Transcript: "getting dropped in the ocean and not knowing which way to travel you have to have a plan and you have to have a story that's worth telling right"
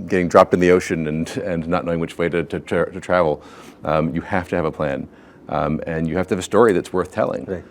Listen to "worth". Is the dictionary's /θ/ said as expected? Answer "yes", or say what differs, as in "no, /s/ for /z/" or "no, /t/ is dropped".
yes